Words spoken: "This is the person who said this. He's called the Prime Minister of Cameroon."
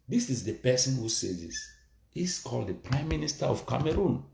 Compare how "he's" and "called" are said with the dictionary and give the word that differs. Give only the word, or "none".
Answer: he's